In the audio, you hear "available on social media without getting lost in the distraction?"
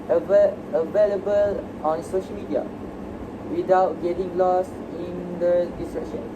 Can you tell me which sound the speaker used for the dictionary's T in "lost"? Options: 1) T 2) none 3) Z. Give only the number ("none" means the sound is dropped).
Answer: 2